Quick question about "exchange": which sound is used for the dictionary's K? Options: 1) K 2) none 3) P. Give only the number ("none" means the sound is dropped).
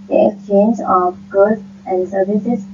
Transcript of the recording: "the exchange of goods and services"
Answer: 1